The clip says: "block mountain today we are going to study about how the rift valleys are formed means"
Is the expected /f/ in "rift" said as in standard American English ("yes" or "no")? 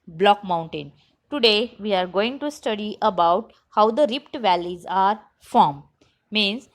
no